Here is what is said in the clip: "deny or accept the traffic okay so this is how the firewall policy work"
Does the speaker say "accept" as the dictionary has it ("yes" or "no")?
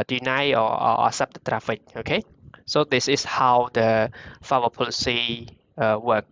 no